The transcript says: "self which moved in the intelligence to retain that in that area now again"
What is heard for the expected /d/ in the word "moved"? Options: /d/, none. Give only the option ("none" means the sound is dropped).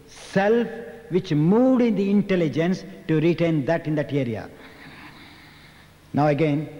/d/